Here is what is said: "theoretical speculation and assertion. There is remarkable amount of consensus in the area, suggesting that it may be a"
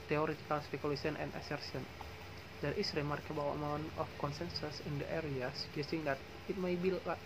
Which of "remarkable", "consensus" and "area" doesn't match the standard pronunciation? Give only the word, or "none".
remarkable